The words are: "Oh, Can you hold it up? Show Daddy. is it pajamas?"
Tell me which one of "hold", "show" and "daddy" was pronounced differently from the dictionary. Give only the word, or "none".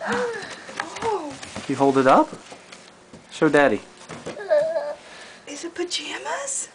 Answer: show